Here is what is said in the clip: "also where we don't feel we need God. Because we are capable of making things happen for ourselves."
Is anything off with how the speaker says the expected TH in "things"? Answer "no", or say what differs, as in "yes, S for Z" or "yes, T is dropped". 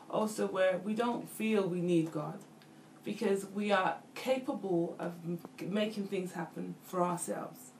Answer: no